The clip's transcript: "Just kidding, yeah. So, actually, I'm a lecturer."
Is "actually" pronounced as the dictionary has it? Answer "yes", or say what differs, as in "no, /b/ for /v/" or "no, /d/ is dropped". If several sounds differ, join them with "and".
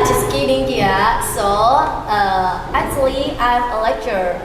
yes